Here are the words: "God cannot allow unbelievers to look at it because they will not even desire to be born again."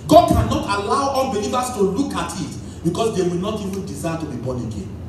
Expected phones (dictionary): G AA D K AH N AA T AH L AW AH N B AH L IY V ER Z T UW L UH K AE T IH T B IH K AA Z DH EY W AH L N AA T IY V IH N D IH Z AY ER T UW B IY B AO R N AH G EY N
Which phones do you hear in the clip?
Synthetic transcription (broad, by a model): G AA D K AH N AA T AH L AW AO L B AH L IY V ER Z T UW L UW K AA T IH T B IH K AA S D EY W AH L N AA T IY V IH N D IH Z AY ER T UW B IY B AO N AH G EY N